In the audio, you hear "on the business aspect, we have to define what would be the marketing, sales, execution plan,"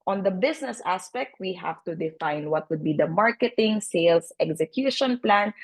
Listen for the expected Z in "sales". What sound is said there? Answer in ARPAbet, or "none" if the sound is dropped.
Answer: S